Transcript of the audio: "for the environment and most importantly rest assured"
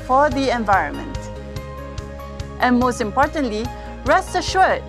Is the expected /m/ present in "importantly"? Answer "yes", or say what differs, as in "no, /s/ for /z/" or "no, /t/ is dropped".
yes